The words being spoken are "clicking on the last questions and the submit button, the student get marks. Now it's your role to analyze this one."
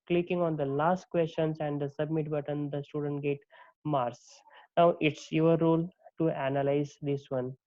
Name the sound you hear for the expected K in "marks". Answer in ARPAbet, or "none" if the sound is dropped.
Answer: none